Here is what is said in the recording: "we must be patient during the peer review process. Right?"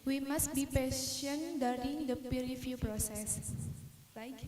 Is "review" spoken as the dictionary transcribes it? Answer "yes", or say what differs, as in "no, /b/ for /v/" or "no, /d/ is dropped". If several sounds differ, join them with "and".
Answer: no, /f/ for /v/